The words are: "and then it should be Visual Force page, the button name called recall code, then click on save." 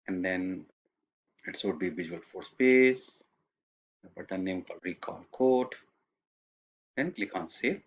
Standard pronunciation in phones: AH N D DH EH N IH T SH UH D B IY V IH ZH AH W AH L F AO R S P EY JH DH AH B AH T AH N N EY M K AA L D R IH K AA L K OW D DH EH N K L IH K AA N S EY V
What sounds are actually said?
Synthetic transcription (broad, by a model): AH N D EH N IH T S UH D B IY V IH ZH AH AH L F AO R S P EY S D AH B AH T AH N N EY M K AA L D R IH K AA L K OW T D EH N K L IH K AA N S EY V